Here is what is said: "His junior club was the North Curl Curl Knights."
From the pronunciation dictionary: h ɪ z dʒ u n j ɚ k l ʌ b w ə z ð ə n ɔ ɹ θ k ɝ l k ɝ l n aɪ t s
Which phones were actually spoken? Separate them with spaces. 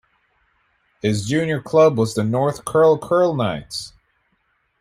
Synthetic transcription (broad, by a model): h ɪ z dʒ u n j ɚ k l ʌ b w ə z ð ə n ɔ ɹ θ k ɝ l k ɝ l n aɪ t s